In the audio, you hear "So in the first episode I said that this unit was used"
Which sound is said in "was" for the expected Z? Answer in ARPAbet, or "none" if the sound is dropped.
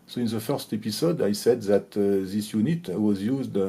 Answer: Z